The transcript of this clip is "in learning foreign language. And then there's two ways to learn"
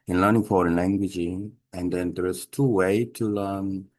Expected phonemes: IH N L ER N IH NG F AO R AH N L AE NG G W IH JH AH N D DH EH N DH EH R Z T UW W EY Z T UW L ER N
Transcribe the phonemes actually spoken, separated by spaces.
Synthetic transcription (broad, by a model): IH N L ER N IH NG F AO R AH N L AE NG G W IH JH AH N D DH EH N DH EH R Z T UW W EY T UW L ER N